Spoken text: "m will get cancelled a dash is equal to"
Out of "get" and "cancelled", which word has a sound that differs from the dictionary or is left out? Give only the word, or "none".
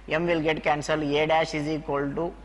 cancelled